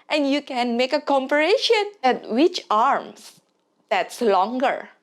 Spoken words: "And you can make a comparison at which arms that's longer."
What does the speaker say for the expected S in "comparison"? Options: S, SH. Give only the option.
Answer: SH